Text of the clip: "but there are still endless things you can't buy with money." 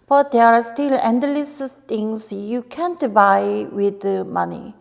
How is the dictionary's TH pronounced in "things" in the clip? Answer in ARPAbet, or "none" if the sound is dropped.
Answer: T